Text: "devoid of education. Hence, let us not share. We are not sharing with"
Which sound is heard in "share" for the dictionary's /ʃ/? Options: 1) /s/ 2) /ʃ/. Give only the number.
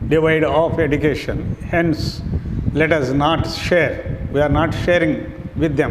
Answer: 2